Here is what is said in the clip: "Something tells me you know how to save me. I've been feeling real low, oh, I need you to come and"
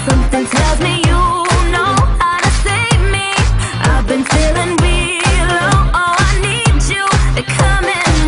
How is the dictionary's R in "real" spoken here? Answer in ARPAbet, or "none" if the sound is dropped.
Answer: W